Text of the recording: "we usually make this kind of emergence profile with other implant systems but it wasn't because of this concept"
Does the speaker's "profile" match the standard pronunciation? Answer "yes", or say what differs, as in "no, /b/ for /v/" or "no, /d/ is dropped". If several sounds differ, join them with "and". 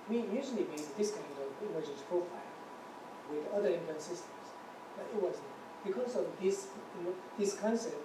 yes